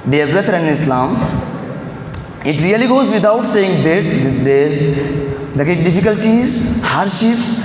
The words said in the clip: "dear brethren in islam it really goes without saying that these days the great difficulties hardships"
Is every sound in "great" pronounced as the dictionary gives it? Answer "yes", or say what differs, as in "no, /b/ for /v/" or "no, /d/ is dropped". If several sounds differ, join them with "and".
no, /ɹ/ is dropped